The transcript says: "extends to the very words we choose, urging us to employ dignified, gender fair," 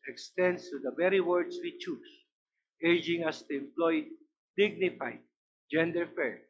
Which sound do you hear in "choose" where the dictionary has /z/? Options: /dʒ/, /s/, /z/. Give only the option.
/s/